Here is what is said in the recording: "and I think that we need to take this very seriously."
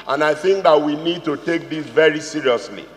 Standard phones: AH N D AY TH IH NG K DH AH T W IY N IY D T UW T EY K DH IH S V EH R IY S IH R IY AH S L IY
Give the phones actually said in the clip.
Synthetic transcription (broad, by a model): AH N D AY TH IH NG K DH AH T W IY N IY D T UW T EY K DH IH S V EH R IY S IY R IY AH S L IY